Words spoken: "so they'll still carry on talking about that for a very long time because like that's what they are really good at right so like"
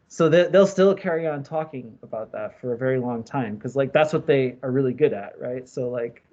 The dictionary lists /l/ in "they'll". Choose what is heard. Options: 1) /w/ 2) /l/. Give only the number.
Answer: 2